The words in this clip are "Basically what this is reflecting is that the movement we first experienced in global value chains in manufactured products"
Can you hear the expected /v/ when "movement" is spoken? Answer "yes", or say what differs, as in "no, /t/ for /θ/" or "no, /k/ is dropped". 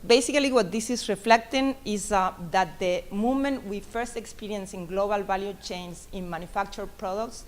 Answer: no, /v/ is dropped